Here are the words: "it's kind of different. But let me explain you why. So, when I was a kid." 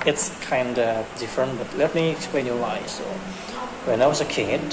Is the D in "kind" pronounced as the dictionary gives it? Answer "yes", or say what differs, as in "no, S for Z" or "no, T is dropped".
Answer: yes